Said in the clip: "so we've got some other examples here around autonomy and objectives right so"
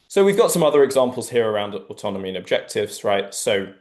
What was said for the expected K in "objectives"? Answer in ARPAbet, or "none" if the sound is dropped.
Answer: K